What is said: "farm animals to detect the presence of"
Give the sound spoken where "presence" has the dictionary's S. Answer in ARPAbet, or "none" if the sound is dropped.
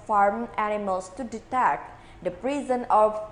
none